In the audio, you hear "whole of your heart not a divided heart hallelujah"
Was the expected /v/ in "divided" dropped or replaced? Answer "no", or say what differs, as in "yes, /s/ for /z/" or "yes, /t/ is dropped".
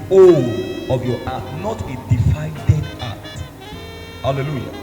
yes, /f/ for /v/